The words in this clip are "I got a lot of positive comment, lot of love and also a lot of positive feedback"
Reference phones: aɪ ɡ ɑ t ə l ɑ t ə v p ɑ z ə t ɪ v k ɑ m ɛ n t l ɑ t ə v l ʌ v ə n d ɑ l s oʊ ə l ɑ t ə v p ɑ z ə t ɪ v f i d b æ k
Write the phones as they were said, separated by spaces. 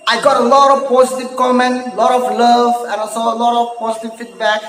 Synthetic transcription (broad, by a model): aɪ ɡ ɑ t ə l ɑ t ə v p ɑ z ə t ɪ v k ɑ m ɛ n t l ɑ t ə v l ʌ v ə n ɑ s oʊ ə l ɑ t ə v p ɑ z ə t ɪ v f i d b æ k